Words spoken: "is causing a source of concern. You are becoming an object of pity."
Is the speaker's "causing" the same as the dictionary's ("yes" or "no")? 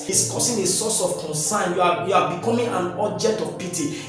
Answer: no